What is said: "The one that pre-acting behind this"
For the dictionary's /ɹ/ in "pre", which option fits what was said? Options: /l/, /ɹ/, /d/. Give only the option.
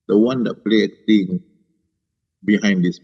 /l/